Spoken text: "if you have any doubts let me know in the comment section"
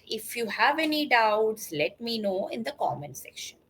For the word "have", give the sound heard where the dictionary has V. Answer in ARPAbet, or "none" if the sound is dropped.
V